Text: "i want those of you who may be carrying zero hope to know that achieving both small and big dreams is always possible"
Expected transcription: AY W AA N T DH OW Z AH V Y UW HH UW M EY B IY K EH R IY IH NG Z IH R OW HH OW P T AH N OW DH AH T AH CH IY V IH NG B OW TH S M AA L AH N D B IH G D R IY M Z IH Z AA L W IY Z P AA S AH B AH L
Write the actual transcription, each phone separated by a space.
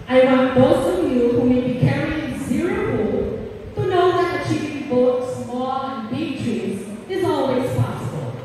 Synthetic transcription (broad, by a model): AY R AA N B OW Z AH V Y UW HH UW M EY B IY K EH R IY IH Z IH R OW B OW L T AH N OW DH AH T AH CH IY V IH NG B OW T S M AA L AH N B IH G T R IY Z IH Z AA L W IY Z P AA S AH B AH L